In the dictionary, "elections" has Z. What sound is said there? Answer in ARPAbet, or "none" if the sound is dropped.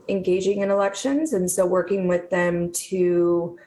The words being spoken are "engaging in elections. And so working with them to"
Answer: Z